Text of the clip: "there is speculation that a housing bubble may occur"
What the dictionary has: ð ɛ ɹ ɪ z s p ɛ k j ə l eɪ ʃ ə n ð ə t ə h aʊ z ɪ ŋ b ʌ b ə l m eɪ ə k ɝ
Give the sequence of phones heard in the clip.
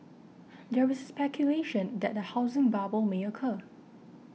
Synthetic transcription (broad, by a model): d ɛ w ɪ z s p ɛ k j ə l eɪ ʃ ə n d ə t ə h aʊ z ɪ ŋ b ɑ b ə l m eɪ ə k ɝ